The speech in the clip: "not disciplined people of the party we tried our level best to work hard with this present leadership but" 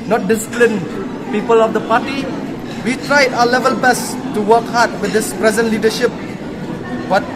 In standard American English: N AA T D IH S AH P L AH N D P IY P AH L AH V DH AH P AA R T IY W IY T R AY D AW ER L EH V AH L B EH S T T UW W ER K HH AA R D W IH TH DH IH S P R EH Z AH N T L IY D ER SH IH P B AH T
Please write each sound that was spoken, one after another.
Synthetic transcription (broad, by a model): N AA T D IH S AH P L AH N P IY P AH L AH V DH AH P AA T IY W IY T R AY D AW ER L EH V AH L B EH S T T UW W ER K HH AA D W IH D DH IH S P R EH Z AH N T L IY D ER SH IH P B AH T